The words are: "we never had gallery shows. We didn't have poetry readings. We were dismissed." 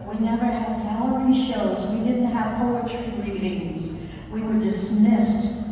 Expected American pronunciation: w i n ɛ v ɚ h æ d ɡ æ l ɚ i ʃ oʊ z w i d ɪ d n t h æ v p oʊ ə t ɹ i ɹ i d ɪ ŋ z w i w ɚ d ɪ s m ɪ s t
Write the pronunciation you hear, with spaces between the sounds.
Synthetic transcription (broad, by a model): w i n ɛ v ɚ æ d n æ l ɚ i ʃ oʊ z w i d ɪ d n t h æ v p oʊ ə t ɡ ɹ i d ɪ ŋ z w i w ɚ d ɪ s m ɪ s t